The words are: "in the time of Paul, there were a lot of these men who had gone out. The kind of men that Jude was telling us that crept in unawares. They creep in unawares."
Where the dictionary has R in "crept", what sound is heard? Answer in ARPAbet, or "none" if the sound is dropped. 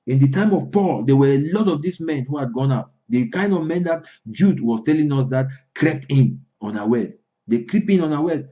R